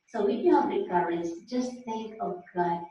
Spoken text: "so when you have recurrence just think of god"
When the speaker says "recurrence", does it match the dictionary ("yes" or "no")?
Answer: no